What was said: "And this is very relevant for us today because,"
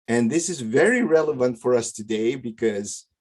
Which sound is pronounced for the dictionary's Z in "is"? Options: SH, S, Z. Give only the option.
Z